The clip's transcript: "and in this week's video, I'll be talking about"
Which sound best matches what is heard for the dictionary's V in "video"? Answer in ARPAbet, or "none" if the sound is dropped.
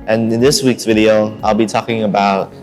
V